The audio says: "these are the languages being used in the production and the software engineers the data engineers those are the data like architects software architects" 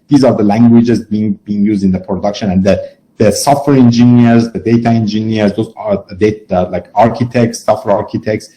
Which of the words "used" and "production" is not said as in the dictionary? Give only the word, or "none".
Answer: none